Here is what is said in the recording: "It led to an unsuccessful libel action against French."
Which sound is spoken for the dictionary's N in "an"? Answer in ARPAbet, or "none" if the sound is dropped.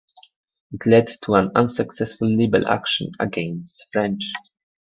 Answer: N